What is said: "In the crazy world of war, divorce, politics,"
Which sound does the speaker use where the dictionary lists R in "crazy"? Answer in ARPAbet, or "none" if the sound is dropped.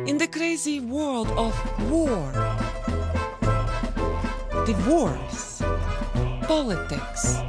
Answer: R